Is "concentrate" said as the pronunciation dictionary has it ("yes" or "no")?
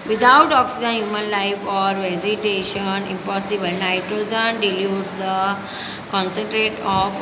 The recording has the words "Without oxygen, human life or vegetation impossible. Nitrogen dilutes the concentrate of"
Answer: yes